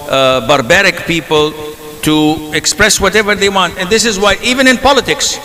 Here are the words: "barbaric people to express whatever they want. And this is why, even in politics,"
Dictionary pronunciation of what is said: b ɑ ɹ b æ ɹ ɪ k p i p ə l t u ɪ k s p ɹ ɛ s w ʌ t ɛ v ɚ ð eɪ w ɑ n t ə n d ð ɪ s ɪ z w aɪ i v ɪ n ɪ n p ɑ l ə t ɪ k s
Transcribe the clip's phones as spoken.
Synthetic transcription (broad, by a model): b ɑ ɹ b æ ɹ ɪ k p i p ə l t u ɪ k s p ɹ ɛ s w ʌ t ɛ v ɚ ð eɪ w ɑ n t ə n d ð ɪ s ɪ z w aɪ i v ɪ n ɪ n p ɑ l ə t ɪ k s